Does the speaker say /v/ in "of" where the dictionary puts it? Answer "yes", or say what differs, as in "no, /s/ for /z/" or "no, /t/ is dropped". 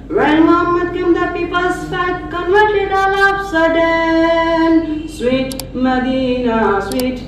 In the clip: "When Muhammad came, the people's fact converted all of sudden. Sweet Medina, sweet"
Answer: no, /p/ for /v/